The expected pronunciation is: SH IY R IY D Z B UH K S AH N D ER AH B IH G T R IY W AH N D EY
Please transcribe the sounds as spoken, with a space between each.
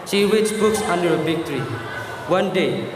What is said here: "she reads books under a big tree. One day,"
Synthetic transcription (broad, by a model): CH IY W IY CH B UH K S AH N D ER AH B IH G T R IY W AH N D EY